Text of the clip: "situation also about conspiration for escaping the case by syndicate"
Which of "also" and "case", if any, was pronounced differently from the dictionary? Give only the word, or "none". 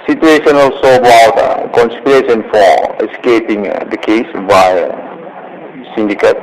none